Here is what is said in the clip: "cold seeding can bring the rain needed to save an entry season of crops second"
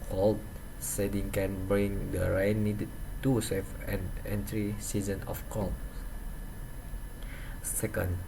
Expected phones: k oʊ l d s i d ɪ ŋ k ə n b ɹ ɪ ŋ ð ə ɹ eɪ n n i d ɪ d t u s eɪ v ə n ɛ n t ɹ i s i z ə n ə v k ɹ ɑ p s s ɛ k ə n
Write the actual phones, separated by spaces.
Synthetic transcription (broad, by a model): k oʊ l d s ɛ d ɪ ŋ k ə n b ɹ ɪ ŋ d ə ɹ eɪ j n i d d t u s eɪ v ə n ɛ n t ɹ i s i z ə n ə f k ɑ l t s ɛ k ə n